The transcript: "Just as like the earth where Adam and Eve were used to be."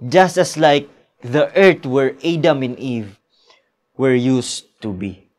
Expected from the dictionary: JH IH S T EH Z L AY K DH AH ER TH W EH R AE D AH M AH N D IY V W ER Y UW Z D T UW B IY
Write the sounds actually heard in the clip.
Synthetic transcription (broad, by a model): JH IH S T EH S L AY K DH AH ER T W EH R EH D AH M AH N IY V W ER Y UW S T UW B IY